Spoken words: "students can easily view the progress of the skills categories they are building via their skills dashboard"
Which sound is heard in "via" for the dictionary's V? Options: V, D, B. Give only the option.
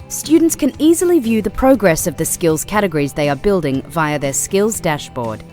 V